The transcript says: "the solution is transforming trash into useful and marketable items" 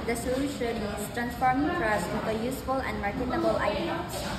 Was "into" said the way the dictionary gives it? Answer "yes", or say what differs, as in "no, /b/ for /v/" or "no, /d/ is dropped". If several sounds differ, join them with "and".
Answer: no, /n/ is dropped